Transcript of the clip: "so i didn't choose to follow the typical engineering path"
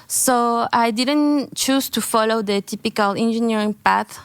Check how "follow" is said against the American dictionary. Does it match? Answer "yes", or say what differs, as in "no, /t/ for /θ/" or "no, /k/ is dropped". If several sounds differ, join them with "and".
yes